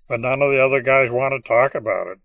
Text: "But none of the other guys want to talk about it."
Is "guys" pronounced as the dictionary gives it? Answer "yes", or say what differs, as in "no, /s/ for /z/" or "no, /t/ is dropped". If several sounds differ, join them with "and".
yes